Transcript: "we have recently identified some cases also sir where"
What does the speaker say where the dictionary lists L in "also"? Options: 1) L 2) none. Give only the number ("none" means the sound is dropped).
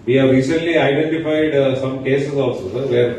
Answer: 2